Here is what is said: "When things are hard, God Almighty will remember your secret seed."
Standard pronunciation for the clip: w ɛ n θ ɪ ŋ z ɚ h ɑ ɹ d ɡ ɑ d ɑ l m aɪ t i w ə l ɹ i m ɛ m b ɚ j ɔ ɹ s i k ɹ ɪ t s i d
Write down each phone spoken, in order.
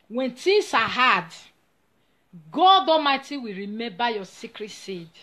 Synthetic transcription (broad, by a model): w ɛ n t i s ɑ h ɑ d ɡ ɑ d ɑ m aɪ t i w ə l ɹ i m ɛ m b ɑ j ɔ s i k ɹ ɪ t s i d